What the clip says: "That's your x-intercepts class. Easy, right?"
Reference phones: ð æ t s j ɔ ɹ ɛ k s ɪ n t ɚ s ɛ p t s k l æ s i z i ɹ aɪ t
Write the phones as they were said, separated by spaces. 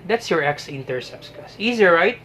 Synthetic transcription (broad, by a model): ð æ t s j ɔ ɹ ɛ k s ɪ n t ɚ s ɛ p s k ɑ s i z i ɹ aɪ t